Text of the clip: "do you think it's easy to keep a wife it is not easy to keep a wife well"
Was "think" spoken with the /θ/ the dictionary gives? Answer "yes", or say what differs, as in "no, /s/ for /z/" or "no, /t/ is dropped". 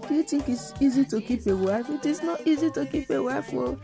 no, /t/ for /θ/